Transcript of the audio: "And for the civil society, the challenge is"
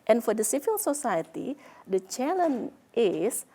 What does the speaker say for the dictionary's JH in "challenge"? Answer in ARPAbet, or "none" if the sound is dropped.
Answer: none